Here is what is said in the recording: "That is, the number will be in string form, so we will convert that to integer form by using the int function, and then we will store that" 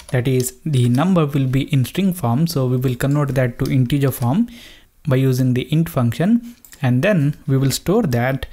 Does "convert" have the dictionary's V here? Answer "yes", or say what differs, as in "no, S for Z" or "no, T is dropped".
no, V is dropped